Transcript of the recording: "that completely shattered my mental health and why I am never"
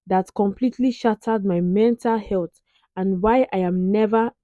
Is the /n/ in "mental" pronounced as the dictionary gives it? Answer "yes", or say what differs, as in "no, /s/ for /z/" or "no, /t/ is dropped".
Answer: yes